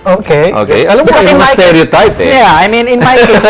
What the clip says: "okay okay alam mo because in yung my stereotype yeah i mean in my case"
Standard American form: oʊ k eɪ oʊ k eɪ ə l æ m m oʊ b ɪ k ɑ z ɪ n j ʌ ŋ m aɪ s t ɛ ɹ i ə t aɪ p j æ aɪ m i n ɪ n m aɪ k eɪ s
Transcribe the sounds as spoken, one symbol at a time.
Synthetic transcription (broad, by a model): oʊ k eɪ oʊ k eɪ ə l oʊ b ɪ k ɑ ɪ n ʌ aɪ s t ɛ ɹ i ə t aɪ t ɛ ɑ aɪ m i n ɪ n m aɪ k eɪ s